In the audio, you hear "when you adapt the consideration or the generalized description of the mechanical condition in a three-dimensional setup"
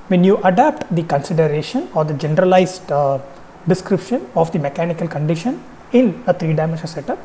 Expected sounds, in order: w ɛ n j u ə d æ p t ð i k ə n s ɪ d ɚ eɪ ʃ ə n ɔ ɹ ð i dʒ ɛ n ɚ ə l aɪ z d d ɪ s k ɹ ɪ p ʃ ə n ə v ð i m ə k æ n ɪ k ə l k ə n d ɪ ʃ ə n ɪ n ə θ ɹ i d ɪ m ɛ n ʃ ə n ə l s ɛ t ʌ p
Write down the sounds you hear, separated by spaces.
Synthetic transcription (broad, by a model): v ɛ n j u ə d æ p t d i k ə n s ɪ d ɚ eɪ ʃ ə n ɔ ɹ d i dʒ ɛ n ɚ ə l aɪ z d d ɪ s k ɹ ɪ p ʃ ə n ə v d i m ə k æ n ɪ k ə l k ə n d ɪ ʃ ə n ɪ n ə t ɹ i d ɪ ɪ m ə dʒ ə s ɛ t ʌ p